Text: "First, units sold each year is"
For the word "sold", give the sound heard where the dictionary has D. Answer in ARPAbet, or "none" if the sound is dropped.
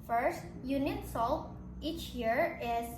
none